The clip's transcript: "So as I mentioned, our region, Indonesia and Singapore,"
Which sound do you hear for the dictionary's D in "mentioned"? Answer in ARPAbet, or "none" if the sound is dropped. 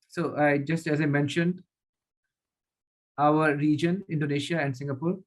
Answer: D